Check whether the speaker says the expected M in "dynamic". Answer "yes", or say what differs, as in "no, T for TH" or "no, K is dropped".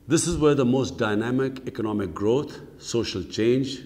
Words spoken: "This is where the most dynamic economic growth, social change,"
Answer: yes